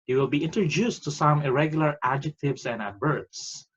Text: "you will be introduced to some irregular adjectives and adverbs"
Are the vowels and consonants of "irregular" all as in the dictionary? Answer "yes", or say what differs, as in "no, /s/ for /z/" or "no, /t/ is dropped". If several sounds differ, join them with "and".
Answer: yes